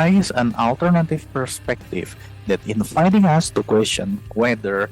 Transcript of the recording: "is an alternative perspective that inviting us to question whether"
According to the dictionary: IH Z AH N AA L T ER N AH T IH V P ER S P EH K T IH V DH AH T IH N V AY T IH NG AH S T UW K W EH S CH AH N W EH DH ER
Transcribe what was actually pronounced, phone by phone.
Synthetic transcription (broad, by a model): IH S AH N AA L T ER N AH T IH V P ER S P EH K T IH V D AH T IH N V AY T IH NG AH S T UW K W EH S CH AH N W EH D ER